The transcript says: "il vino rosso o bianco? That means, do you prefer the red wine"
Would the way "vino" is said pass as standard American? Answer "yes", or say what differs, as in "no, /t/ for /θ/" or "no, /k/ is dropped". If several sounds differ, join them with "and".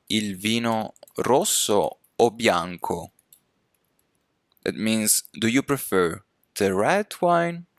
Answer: yes